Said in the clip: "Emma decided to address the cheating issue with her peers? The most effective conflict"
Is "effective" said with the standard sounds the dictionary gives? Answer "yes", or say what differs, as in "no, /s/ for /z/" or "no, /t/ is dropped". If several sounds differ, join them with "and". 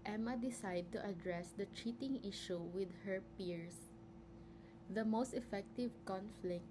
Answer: yes